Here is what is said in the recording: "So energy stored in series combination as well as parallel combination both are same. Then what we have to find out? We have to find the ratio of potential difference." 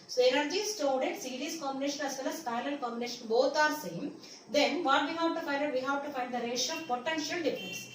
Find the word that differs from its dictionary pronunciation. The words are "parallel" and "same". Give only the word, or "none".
parallel